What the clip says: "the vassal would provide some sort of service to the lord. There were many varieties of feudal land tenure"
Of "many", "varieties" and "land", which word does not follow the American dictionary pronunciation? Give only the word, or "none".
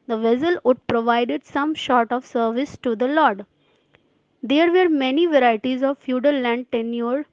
none